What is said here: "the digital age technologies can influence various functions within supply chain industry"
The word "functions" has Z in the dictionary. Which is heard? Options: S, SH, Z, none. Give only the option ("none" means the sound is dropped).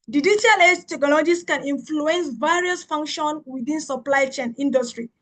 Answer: none